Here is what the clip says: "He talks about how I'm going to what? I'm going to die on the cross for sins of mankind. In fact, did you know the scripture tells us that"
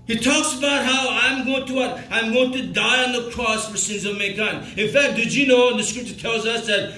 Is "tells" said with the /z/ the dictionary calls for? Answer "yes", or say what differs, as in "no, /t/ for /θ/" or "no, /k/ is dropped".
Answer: yes